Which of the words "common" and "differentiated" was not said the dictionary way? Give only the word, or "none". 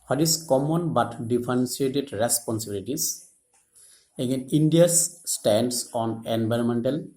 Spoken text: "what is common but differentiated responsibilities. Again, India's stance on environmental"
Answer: differentiated